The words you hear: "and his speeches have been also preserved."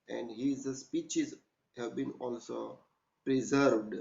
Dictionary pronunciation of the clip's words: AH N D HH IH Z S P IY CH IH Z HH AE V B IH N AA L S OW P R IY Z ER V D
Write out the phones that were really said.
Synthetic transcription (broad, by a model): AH N D HH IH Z S P IY CH IH Z HH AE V B IH N AA L S OW P R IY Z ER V D